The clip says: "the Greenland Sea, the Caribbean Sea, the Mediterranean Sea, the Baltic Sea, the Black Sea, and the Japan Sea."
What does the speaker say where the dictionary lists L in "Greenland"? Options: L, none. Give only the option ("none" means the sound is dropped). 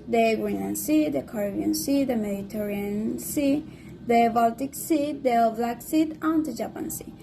none